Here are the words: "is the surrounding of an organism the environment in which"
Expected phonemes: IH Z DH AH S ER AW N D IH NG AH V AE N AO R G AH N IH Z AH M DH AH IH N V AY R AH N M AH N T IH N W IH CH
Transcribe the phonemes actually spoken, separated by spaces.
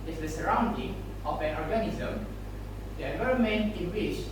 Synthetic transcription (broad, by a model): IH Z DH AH S ER AW N D IH NG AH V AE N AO R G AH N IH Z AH M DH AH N AY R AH M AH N IH N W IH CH